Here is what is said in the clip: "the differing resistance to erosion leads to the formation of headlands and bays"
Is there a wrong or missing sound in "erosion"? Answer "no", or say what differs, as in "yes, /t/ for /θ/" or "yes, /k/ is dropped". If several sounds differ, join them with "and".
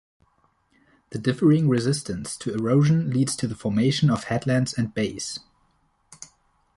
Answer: no